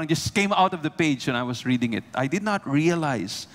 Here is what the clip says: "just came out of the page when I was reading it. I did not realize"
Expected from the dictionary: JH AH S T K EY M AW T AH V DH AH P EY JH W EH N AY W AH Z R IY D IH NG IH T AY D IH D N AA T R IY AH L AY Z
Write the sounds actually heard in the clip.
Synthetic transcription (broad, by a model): JH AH S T K EY M AW T AH V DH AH P EY JH W EH N AY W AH S R IY D IH NG IH T AY D IH D N AA T R IY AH L AY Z